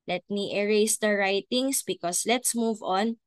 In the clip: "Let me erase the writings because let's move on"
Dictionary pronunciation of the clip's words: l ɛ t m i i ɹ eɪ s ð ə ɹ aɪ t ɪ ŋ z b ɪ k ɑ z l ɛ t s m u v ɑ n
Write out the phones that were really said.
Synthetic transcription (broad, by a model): l ɛ t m i i ɹ eɪ s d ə ɹ aɪ t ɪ ŋ s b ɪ k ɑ s l ɛ t s m u v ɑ n